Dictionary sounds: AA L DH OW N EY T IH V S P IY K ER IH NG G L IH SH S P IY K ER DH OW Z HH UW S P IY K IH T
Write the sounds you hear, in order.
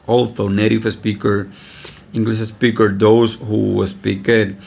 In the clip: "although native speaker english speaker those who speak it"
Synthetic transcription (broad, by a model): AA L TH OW N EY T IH F S P IY K ER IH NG G L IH S S P IY K ER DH OW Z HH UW S P IY K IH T